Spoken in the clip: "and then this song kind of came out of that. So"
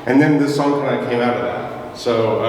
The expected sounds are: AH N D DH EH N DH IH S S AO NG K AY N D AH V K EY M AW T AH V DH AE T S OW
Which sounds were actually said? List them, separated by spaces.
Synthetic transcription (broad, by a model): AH N DH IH N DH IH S S AO NG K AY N AH K EY M AW T AH V DH AE T S OW